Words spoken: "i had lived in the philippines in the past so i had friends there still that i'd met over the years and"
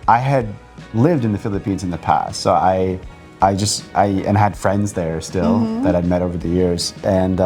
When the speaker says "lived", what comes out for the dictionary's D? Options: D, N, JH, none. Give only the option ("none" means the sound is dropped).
D